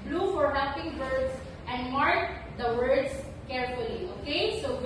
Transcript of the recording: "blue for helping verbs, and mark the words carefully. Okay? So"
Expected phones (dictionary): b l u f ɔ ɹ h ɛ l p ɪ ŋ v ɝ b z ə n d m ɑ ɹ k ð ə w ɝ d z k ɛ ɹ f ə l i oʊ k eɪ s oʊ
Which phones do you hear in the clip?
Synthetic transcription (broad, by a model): b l u f ɔ ɹ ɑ p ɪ ŋ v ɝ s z ə n d m ɑ ɹ k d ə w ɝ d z k ɛ ɹ f ə l i oʊ k eɪ s oʊ